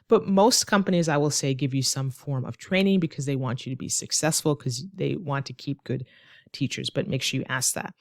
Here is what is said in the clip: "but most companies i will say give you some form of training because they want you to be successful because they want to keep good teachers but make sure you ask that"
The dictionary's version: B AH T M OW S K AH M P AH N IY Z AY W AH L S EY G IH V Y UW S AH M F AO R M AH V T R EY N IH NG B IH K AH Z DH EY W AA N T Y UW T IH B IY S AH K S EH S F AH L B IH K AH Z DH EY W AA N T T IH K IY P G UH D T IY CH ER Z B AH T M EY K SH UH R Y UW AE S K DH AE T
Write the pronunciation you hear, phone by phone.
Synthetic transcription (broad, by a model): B AH T M OW S K AH M P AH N IY Z AY W AH L S EY G IH V Y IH S AH M F AO R M AH V T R EY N IH NG B IH K AH Z DH EY W AA N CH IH T IH B IY S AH K S EH S F L K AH Z DH EY W AA N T T IH K IY P G UH D T IY CH ER Z B AH T M EY K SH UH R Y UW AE S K DH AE T